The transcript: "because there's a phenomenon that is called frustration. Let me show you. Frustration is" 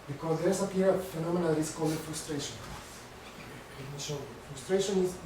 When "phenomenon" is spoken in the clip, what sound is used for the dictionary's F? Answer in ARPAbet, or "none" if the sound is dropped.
P